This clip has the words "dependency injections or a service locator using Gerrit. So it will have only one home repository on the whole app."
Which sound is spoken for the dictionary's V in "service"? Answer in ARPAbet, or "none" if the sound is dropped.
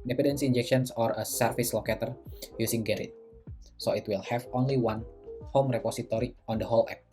F